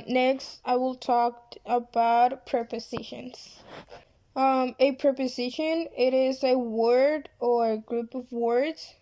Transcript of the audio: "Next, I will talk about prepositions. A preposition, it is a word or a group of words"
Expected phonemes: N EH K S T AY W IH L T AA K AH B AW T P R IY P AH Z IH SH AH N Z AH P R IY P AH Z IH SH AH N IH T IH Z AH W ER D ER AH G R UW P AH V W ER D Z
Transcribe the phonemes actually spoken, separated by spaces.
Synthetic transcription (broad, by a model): N EH K S T AY W IH L T AA K AH B AW T P R IY P AH Z IH SH AH N Z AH P R IY P AH Z IH SH AH N IH T IH Z AH W ER D ER AH G R UW P AH V W ER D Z